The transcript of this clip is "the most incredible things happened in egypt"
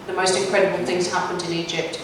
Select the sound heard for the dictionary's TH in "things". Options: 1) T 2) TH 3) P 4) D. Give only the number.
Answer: 2